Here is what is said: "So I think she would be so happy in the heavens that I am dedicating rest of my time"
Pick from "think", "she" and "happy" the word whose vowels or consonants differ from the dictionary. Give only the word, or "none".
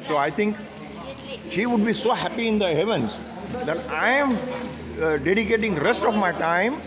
think